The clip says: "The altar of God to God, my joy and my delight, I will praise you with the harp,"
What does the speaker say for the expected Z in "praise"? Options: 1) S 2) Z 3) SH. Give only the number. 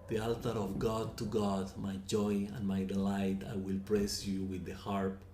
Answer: 1